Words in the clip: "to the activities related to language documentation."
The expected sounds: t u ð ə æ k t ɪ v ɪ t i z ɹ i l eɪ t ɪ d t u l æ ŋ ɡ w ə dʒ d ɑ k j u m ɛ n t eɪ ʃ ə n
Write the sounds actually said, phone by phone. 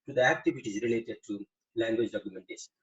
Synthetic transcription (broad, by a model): t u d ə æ k t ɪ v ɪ t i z ɹ i l eɪ t ɪ d t u l æ ŋ ɡ w ə dʒ d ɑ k j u m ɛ n t eɪ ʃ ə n